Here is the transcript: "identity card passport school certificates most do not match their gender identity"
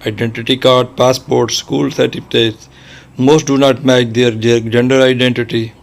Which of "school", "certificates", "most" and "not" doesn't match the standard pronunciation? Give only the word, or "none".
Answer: certificates